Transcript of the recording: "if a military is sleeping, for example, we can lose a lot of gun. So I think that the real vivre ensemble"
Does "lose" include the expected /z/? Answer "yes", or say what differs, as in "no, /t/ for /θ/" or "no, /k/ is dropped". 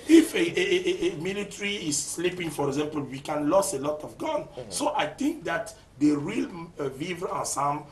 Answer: no, /s/ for /z/